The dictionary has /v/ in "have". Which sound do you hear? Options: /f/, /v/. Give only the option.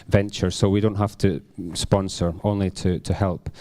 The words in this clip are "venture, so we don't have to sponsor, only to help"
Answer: /f/